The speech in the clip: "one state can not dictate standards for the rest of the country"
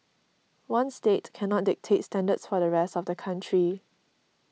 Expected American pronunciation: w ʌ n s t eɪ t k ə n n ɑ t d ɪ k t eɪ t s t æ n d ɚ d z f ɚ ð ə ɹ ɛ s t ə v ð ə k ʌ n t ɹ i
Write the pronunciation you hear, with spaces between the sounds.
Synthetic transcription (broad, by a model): w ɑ n s t eɪ t k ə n n ɑ t d ɪ k t eɪ t s t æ n d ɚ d s f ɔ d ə ɹ ɛ s t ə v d ə k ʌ n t ɹ i